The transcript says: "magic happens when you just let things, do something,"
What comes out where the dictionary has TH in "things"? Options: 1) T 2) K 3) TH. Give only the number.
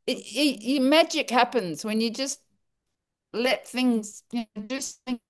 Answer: 3